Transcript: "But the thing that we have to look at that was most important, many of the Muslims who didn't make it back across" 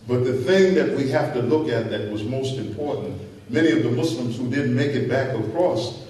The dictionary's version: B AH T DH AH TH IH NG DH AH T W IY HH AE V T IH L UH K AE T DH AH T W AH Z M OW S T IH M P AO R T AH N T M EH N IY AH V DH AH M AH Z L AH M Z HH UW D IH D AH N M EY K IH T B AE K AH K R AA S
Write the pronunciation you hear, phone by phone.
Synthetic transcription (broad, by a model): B AH T DH AH TH IH NG DH AH T W IY HH AE F T IH L UH K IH T DH AH T W AH Z M OW S T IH M P AO R T N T M EH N IY AH V DH AH M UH S L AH M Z HH UW D IH D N M EY K IH T B AE K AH K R AA S